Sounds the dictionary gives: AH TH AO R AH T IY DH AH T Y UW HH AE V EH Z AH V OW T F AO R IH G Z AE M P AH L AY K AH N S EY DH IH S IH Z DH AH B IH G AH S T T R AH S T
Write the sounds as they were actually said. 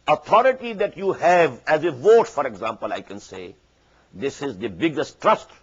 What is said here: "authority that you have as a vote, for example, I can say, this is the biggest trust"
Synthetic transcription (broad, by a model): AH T AO R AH T IY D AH T Y UW HH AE V EH Z AH V OW T F AO R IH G Z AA M P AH L AY K AH N S EY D IH S IH Z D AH B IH G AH S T T R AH S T